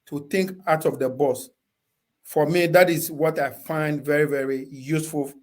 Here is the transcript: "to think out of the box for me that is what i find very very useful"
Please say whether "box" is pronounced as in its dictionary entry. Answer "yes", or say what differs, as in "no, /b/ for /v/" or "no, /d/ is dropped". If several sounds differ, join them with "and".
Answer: no, /k/ is dropped